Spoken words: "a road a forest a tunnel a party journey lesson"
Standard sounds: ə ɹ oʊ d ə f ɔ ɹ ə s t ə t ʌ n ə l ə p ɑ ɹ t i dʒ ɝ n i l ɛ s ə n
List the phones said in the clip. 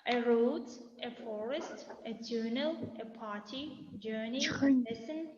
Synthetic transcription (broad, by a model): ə ɹ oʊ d ə f ɔ ɹ ə s t ə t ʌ n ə l ə p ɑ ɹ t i dʒ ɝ n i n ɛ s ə n